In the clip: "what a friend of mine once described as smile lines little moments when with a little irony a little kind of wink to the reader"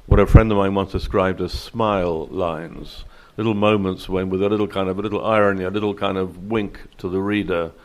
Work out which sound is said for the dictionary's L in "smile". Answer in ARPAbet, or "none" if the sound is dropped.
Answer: L